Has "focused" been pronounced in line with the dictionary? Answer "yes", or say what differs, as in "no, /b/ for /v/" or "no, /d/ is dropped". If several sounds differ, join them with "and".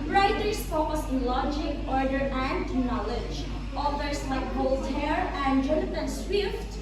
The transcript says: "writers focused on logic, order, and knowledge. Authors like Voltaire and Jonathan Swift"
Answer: no, /t/ is dropped